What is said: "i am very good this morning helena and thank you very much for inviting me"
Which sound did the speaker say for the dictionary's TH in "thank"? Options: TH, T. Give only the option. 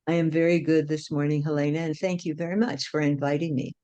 TH